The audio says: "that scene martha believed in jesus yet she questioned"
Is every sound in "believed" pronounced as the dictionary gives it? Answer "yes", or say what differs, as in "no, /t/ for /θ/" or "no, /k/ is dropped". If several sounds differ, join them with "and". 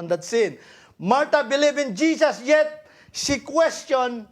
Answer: no, /d/ is dropped